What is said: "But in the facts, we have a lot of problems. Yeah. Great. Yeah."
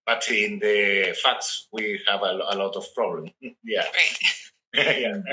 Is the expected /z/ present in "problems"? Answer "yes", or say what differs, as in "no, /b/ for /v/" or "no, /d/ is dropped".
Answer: no, /z/ is dropped